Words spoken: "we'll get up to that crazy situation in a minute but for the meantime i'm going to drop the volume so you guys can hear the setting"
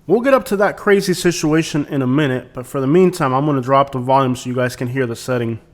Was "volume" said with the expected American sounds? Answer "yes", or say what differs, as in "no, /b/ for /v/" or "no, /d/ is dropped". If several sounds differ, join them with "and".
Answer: yes